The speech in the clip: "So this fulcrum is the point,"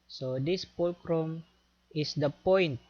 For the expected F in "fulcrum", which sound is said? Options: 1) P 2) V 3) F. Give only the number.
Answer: 1